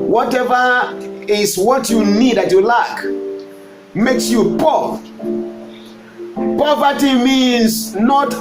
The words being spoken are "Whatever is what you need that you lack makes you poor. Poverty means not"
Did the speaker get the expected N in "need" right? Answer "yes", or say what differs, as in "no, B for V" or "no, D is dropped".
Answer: yes